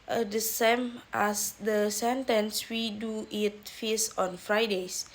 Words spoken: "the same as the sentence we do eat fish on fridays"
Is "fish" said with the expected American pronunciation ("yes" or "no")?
no